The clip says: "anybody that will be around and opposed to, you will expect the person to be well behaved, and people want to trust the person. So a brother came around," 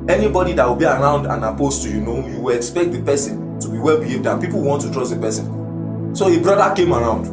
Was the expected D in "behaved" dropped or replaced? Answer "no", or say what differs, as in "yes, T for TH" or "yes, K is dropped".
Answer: no